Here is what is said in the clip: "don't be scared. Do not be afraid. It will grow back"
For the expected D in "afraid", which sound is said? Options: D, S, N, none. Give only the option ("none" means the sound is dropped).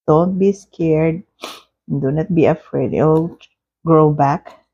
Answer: none